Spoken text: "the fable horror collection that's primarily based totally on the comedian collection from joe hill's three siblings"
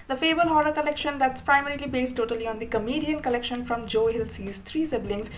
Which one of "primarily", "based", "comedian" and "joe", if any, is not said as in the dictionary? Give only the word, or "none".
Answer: none